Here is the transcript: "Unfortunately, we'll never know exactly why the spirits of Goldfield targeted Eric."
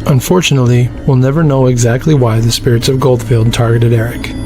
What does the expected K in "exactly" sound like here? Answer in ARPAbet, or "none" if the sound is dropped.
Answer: K